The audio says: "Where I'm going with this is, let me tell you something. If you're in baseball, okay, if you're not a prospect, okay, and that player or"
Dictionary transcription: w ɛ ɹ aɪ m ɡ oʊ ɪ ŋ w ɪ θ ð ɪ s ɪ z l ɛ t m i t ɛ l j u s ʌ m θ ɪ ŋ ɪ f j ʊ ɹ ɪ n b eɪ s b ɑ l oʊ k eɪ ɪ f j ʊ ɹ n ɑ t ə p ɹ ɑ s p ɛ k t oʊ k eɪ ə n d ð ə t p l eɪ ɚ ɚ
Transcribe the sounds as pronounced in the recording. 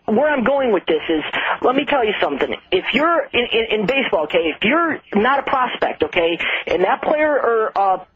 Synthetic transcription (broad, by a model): w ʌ ɹ aɪ m ɡ oʊ ɪ ŋ w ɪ ð ɪ s ɪ z l ɛ t m i t ɛ l j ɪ s ʌ m θ ɪ ŋ ɪ f j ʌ ɹ ɪ n b eɪ s b ɑ l oʊ k eɪ ɪ f j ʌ ɹ n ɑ t ə p ɹ ɑ s p ɛ k t oʊ k eɪ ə n ð ə t p l eɪ ɚ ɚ